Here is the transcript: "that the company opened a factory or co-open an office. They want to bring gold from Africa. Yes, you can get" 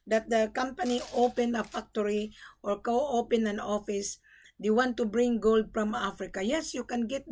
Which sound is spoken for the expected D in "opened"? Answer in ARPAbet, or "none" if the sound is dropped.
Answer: none